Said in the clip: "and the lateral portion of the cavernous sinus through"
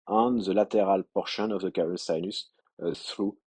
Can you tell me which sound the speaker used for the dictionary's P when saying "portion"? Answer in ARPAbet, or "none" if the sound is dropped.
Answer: P